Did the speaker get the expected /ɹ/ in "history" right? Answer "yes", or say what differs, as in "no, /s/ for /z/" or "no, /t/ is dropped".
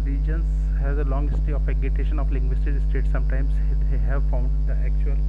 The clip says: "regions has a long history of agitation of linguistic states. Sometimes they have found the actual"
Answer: no, /ɹ/ is dropped